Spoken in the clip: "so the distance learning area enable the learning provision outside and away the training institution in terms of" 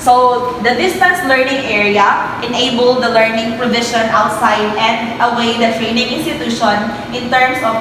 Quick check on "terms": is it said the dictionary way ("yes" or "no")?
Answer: no